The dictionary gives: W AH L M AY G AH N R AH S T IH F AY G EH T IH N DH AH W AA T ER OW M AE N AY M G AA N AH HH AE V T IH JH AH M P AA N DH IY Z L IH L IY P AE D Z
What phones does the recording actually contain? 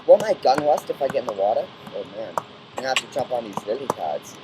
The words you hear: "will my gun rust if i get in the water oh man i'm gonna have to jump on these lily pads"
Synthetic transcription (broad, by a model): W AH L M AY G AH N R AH S T IH F AY G EH T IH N DH AH W AA T ER OW M AE N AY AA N HH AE F T IH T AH P N DH IY Z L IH L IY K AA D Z